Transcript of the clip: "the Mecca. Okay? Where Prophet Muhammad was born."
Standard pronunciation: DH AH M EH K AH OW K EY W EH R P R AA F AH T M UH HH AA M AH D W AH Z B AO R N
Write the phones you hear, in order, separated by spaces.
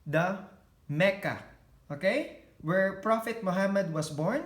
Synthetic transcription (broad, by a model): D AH M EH K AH OW K EY W EH R P R AA F AH T M UH HH AA M AH D W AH S B AO R N